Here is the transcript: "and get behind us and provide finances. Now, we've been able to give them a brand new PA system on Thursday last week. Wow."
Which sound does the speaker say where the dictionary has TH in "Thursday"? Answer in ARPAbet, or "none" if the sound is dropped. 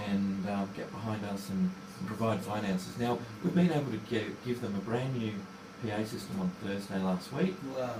TH